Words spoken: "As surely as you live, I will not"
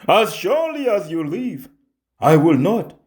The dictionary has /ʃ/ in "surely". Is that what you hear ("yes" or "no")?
yes